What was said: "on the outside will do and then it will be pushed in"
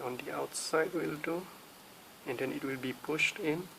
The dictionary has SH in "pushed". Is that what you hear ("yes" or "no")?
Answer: yes